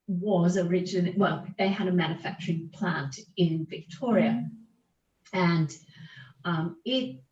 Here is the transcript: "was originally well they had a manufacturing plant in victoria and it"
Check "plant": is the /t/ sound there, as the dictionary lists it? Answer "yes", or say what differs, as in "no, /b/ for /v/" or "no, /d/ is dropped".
yes